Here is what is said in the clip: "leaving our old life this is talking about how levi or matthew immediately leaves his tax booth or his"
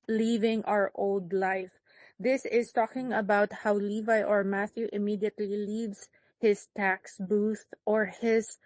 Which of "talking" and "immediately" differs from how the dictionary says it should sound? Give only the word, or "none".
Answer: none